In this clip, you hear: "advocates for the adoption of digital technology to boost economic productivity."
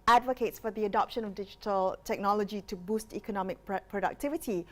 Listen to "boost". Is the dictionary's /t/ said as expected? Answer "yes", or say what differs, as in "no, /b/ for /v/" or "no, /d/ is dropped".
yes